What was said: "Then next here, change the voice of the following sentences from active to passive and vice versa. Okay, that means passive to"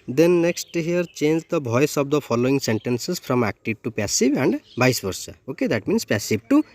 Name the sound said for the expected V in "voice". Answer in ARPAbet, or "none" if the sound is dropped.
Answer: B